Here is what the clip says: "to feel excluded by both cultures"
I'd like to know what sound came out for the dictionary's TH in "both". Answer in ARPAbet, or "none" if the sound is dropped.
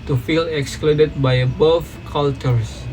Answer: F